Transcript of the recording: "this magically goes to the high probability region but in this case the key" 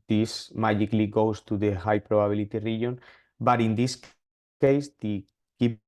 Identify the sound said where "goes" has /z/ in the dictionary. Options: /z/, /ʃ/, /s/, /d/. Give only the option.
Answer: /s/